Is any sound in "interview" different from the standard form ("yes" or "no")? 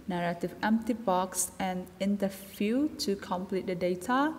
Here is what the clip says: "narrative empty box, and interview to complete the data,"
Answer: yes